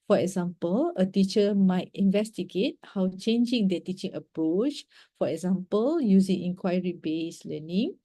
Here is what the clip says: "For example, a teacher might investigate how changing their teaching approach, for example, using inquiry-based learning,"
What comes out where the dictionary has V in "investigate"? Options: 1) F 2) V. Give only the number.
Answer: 2